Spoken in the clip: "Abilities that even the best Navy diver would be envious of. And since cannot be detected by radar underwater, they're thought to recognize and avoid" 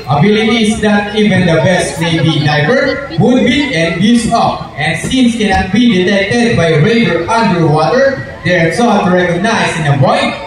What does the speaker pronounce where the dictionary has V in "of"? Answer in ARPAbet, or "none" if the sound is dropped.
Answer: P